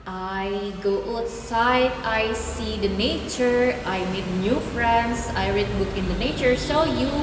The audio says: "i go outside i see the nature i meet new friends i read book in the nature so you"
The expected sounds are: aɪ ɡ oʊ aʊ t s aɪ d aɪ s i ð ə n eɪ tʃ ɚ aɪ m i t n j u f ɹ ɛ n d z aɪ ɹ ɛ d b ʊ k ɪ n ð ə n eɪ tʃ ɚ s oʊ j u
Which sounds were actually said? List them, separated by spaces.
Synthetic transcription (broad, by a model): aɪ ɡ oʊ aʊ t s aɪ d aɪ s i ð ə n eɪ tʃ ɚ aɪ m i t n j u f ɹ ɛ n d s aɪ ɹ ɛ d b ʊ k ɪ n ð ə n eɪ tʃ ɚ s oʊ j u